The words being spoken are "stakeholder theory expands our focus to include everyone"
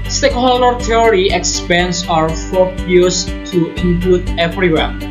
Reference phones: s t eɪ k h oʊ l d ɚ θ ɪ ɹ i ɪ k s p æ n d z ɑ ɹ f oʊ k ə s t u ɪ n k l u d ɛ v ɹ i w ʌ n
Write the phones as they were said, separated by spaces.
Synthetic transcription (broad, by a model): s t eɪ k h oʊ l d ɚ t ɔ ɹ i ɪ k s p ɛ n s ɑ ɹ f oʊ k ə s t u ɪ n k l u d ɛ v ɹ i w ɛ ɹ